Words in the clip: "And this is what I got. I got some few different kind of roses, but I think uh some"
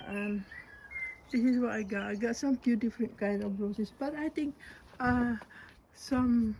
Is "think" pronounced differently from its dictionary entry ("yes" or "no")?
yes